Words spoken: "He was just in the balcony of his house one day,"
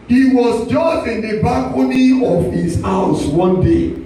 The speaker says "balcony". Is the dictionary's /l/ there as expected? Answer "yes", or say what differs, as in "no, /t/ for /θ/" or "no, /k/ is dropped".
no, /l/ is dropped